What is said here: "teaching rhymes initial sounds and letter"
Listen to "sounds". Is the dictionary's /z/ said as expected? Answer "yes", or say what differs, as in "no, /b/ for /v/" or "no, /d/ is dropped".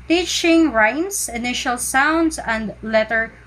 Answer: no, /s/ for /z/